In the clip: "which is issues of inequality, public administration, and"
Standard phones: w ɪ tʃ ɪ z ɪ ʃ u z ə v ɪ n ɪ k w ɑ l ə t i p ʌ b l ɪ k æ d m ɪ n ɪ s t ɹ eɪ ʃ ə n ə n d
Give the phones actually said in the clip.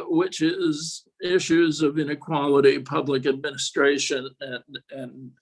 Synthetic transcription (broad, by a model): w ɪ tʃ ɪ z ɪ ʃ u z ə v ɪ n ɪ k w ɑ l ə t i p ʌ b l ɪ k æ d m ɪ n ɪ s t ɹ eɪ ʃ ə n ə n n